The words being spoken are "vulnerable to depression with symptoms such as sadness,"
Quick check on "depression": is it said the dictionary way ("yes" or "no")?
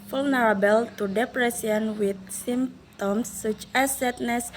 no